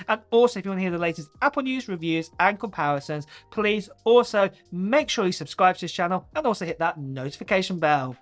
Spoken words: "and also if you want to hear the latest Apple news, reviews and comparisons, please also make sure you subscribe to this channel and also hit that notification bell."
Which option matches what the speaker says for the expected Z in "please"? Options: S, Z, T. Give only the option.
Z